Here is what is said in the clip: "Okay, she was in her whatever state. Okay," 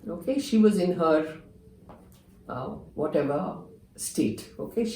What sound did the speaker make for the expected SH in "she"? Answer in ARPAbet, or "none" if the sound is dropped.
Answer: SH